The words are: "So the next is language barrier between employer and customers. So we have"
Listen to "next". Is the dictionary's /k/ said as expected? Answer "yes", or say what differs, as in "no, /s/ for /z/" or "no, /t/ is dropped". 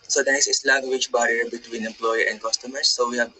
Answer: no, /k/ is dropped